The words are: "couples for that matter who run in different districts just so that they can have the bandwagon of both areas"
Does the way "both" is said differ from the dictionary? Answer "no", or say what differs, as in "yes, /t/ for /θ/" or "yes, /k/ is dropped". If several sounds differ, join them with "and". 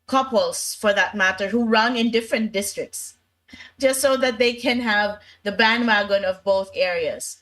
no